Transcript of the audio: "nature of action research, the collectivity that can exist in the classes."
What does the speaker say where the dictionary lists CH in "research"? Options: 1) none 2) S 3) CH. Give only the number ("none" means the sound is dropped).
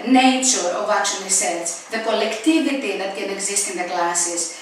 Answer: 2